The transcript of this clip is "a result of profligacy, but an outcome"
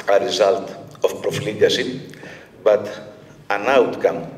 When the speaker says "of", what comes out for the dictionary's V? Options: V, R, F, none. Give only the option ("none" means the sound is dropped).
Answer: F